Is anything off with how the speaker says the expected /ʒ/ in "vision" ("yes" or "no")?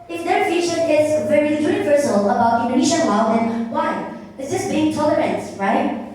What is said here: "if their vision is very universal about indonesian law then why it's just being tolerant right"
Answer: yes